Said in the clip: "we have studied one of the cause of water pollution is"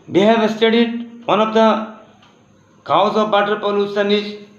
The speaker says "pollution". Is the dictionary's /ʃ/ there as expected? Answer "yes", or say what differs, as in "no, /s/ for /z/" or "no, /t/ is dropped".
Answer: no, /s/ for /ʃ/